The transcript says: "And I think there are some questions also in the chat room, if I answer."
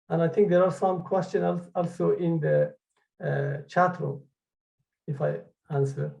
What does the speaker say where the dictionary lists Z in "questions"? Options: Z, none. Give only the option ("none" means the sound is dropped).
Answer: none